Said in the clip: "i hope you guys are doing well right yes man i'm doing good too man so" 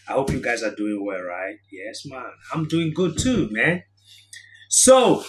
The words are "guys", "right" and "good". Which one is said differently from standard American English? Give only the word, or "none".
none